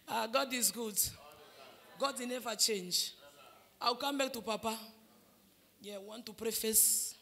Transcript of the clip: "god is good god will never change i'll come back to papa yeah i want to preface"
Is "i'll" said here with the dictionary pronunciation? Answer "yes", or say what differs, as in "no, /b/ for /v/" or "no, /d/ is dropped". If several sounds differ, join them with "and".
no, /w/ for /l/